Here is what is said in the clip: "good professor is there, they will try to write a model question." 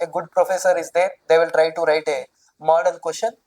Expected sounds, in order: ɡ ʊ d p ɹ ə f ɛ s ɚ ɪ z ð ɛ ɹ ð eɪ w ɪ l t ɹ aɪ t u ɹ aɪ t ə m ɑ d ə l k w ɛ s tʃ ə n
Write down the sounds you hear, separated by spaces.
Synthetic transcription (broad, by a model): ɡ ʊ d p ɹ ə f ɛ s ɚ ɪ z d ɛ ɹ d eɪ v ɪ l t ɹ aɪ t u ɹ aɪ t ə m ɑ d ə n k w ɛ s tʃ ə n